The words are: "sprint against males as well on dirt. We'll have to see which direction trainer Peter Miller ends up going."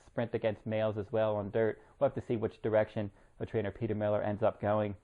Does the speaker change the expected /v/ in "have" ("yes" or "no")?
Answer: yes